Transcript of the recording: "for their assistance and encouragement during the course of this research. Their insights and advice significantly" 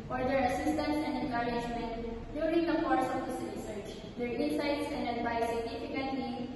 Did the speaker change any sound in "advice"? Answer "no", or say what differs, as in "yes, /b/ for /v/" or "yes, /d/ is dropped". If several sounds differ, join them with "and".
yes, /b/ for /v/